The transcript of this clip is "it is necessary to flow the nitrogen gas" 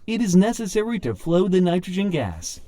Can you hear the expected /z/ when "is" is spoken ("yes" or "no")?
yes